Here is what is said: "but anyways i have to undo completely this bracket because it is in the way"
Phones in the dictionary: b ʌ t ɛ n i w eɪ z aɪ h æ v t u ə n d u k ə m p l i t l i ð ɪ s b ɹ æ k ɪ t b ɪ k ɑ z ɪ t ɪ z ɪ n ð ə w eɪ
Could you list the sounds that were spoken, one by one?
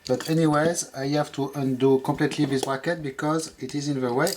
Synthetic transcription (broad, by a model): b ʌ t ɛ n i w eɪ z aɪ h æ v t u ə n d u k ə m p l i t l i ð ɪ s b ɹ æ k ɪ t b ɪ k ɑ z ɪ t ɪ z ɪ n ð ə w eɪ